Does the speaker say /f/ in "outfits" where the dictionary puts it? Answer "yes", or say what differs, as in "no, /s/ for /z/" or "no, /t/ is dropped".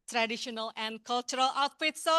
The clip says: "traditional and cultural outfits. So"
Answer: no, /p/ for /f/